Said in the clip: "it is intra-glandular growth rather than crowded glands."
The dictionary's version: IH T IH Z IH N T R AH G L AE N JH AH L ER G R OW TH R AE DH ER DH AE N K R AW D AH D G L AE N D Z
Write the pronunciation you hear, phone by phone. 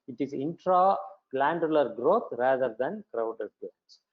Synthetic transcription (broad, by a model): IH T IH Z IH N T R AH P L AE N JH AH L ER G R OW T R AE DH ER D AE N K R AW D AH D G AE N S